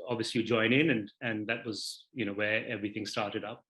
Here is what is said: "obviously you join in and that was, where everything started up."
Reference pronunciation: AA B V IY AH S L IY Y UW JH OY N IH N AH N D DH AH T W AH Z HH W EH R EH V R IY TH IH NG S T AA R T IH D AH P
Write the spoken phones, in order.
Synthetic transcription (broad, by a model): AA B V IY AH S L IY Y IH JH OY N IH N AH N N DH AH T W AH Z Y W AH R EH V R IY TH IH NG S T AA R T IH D AH P